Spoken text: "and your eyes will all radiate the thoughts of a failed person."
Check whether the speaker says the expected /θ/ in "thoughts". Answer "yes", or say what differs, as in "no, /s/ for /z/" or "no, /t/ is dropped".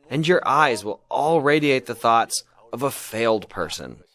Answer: yes